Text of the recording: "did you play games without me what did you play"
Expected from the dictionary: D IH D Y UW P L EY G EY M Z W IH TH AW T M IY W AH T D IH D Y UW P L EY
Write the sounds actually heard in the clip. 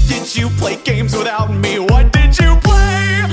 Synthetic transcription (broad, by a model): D IH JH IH P L EY G EY M Z W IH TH AW T M IY W AH T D IH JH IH P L EY